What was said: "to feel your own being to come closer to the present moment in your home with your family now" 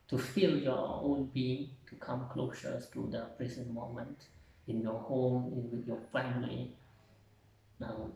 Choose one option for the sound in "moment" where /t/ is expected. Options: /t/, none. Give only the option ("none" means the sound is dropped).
/t/